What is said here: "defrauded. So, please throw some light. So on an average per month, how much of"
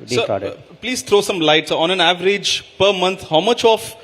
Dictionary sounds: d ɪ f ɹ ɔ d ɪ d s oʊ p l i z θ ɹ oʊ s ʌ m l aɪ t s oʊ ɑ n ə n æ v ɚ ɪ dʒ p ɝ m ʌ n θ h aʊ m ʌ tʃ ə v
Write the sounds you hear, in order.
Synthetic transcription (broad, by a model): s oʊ p l i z t ɹ oʊ s ʌ m l aɪ t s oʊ ɑ n ə n æ v ɚ ɪ dʒ p ɝ m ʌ n t h aʊ m ʌ tʃ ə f